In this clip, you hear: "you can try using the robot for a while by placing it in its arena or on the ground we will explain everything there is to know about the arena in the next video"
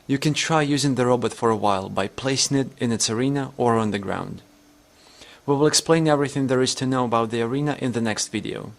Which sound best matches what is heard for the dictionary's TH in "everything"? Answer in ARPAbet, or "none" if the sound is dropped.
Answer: TH